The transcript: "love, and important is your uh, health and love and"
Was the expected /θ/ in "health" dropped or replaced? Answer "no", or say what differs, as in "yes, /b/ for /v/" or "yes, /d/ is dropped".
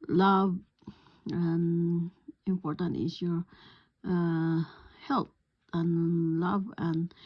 yes, /t/ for /θ/